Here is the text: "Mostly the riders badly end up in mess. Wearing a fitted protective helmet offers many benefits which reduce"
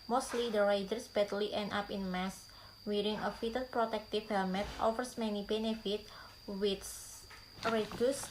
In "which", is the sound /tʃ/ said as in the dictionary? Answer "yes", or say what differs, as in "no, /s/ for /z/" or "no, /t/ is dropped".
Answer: no, /s/ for /tʃ/